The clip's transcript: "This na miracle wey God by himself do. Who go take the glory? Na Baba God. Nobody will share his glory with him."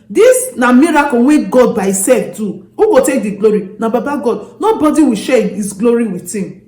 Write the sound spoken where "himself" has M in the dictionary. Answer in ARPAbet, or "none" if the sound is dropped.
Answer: none